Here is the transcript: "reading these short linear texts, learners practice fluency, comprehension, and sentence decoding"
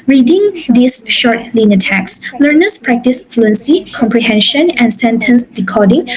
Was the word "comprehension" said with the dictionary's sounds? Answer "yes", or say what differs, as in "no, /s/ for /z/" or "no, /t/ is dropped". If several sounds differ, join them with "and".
yes